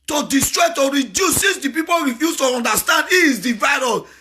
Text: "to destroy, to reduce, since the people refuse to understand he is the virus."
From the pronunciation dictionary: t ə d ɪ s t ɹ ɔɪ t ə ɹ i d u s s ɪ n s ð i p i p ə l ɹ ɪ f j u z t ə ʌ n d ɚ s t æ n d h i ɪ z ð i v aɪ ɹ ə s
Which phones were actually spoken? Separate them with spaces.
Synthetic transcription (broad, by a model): t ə d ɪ s t ɹ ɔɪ t ə ɹ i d u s s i s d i p i p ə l ɹ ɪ f j u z t ə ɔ n d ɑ s t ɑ n d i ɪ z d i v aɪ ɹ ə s